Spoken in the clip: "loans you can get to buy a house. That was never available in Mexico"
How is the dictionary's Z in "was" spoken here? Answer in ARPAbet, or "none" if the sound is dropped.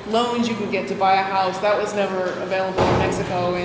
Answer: Z